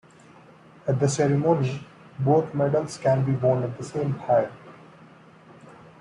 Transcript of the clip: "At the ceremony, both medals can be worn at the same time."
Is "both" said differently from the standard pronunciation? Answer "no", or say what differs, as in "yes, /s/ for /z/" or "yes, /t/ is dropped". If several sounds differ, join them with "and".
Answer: yes, /t/ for /θ/